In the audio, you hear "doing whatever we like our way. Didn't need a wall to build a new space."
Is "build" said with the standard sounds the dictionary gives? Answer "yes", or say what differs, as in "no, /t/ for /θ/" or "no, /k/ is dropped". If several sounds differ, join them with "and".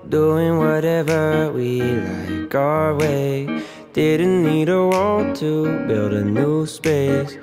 yes